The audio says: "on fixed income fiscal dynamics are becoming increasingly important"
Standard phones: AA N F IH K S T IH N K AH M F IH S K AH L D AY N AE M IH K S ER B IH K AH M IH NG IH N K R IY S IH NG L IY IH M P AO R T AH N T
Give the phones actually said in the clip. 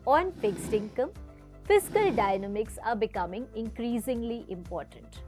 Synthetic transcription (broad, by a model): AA N F IH K S T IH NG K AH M F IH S K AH L D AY N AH M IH K S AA B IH K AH M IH NG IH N K R IY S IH NG L IY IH M P AO R T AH N T